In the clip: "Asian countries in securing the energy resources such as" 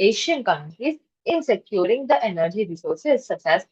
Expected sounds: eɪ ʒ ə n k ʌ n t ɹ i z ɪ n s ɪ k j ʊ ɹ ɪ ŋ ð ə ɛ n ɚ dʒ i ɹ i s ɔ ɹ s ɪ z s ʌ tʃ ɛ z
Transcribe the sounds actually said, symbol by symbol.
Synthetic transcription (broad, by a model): eɪ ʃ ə n k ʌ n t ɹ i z ɪ n s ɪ k j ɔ ɹ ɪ ŋ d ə ɛ n ɚ dʒ i ɹ i s ɔ ɹ s ɪ z s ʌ s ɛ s